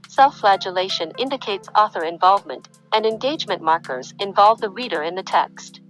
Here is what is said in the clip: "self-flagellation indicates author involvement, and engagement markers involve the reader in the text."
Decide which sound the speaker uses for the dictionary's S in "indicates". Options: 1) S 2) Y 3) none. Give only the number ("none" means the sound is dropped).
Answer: 1